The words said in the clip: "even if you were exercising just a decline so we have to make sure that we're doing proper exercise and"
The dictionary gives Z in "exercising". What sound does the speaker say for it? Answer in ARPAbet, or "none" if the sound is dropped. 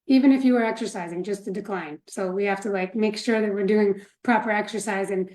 Z